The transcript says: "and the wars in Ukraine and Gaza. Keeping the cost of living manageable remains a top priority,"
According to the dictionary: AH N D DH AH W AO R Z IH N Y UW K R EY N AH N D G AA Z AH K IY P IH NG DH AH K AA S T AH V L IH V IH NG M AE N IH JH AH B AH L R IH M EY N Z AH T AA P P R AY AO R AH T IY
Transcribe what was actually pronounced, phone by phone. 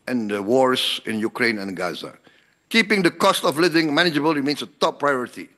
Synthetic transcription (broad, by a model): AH N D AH W AO R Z IH N Y UW K R EY N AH N G AA Z AH K IY P IH NG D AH K AA S T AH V L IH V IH NG M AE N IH JH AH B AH L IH M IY N S AH T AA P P R AY AO R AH T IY